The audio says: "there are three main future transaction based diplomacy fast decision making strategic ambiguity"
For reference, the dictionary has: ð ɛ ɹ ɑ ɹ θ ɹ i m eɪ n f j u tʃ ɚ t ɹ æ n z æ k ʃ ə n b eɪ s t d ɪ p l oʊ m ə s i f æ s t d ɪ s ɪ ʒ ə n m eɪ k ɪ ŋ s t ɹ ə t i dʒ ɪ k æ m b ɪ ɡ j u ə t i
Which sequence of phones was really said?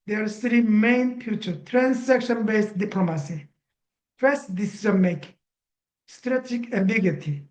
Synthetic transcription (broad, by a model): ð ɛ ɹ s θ ɹ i m eɪ n f j u tʃ ɚ t ɹ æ n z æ k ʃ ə n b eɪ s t d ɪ p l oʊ m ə s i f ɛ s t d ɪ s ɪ z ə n m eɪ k s t ɹ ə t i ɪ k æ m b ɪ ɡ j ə t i